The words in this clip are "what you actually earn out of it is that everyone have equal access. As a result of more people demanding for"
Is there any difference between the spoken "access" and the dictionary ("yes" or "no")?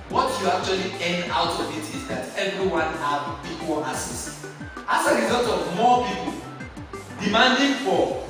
yes